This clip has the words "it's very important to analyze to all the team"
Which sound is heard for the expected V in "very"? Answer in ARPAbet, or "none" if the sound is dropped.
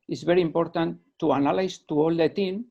B